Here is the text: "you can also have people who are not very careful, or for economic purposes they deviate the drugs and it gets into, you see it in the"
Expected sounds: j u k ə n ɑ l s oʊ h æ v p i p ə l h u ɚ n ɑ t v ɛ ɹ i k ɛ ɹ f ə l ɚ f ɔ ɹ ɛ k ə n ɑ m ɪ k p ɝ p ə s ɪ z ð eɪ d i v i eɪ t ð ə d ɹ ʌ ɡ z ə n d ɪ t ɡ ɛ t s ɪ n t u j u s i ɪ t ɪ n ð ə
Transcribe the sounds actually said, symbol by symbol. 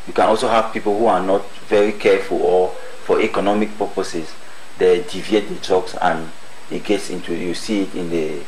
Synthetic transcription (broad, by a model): j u k ə n ɑ l s oʊ h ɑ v p i p ə l h u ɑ n ɑ t v ɛ ɹ i k ɛ f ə l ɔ f ɔ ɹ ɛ k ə n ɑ m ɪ k p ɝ p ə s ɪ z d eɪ d i v i eɪ t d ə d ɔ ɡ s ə n ɪ t ɡ ɛ t s ɪ n t u j u s i ɪ t ɪ n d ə